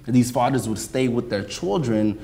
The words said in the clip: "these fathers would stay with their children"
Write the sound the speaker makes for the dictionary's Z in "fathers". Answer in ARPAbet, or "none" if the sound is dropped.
Z